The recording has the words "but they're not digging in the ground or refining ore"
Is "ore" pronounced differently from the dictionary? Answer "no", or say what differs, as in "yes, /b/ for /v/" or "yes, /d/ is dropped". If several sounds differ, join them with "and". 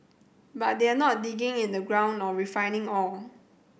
yes, /l/ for /ɹ/